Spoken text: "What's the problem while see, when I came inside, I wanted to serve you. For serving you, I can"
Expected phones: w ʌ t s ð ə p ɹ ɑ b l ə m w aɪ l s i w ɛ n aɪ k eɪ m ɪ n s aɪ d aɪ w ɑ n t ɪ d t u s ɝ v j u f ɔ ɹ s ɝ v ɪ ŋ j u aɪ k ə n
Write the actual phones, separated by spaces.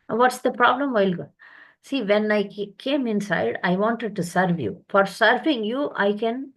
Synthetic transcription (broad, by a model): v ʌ t s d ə p ɹ ɑ b l ə m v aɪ l s i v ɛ n aɪ k eɪ m ɪ n s aɪ d aɪ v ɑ n t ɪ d t u s ɝ v j u f ɔ ɹ s ɝ v ɪ ŋ j u aɪ k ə n